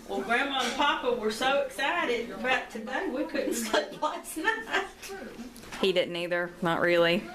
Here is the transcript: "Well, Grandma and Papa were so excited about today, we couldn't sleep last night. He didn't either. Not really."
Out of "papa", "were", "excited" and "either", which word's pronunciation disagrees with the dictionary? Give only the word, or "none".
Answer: none